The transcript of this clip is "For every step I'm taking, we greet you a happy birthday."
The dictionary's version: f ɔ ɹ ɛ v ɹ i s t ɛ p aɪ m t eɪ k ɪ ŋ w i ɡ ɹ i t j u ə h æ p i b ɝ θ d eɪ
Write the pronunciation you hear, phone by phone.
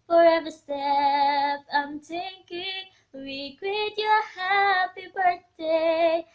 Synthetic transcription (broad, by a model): f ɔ ɹ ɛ v i s t ɛ p aɪ m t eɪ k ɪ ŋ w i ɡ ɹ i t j ə h æ p i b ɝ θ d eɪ